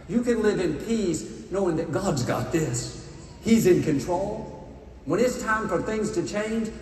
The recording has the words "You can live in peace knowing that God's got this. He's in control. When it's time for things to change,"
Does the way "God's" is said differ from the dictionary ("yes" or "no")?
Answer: no